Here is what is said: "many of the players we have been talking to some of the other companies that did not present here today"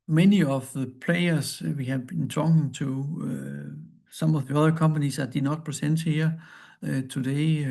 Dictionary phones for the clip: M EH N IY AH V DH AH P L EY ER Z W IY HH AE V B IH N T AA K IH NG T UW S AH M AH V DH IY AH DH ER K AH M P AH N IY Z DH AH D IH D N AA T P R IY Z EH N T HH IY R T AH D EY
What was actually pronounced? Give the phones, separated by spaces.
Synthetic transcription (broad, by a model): M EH N IY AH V DH AH P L EY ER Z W IY HH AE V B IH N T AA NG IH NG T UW S AH M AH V DH IY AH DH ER K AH M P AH N IY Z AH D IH N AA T P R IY S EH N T HH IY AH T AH D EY